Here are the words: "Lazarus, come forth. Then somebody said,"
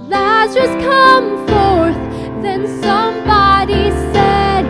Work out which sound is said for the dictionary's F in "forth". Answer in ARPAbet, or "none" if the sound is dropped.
F